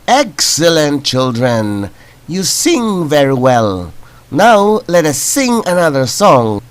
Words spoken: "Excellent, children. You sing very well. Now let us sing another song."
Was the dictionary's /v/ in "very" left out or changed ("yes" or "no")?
no